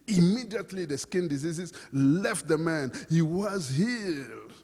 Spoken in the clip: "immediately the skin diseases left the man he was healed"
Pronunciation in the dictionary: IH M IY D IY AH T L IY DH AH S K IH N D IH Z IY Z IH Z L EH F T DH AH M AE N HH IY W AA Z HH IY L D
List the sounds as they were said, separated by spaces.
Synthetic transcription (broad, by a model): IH M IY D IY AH T L IY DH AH S K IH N D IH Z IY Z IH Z L EH F T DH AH M AE N HH IY W AA Z HH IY